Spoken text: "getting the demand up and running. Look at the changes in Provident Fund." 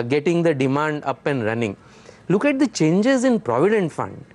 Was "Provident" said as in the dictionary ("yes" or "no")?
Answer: yes